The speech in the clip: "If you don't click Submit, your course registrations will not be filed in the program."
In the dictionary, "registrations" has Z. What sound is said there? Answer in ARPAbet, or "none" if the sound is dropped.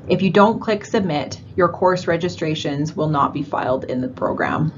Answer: Z